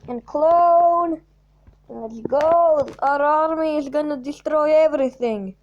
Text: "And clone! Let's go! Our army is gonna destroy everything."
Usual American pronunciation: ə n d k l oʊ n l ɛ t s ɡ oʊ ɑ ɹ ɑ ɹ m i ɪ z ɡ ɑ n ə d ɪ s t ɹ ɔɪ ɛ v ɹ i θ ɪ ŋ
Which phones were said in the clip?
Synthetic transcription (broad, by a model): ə n k l oʊ n n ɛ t ɡ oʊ ɑ ɹ ɑ ɹ m i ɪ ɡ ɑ n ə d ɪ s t ɹ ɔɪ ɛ v ɹ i θ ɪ ŋ